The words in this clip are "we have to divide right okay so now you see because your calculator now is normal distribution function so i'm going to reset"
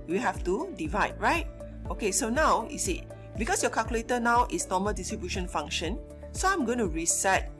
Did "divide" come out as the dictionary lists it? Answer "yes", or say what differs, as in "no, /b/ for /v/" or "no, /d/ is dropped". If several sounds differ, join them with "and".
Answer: yes